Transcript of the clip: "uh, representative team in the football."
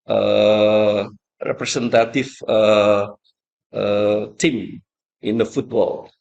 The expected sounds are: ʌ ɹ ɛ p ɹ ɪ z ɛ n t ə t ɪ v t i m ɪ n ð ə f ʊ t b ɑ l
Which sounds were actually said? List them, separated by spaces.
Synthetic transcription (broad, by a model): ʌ ɹ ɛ p ɹ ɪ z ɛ n t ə t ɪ f t i m ɪ n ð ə f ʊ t b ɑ l